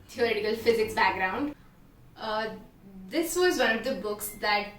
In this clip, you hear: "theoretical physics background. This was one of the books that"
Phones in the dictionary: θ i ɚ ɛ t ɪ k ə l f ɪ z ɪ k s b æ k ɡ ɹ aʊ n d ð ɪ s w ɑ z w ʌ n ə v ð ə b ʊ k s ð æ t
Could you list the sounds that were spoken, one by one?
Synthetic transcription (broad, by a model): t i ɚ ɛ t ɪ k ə l f ɪ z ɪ k b æ k ɡ ɹ aʊ n d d ɪ s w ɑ z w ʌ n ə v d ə b ʊ k s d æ t